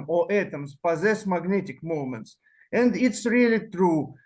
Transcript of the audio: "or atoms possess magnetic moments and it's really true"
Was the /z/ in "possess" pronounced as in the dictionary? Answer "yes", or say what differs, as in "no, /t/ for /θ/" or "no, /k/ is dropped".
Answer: yes